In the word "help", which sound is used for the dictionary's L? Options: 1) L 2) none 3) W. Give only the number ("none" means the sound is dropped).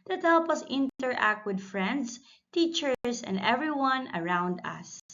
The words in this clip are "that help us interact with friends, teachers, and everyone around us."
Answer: 1